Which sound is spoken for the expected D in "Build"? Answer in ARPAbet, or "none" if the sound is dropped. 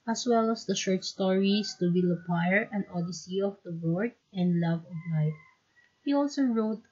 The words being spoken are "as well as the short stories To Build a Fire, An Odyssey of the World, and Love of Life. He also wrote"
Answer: none